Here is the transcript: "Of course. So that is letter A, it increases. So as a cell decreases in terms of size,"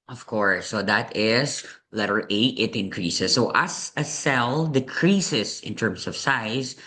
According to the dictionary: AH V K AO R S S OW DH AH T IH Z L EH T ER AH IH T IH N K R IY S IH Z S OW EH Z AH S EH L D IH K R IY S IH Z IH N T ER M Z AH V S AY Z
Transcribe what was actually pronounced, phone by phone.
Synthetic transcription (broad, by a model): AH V K AO R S S OW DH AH T IH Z L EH T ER AH IH T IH N K R IY S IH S OW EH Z AH S EH L D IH K R IY S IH S IH N T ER M S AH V S AY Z